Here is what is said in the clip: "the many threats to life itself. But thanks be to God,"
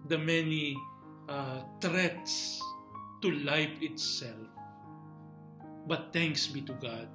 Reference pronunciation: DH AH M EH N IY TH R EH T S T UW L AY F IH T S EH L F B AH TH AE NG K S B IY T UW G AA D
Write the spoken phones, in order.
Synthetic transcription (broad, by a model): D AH M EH N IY T R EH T S T UW L AY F IH T S EH L F B AH T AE NG K S B IY T UW G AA D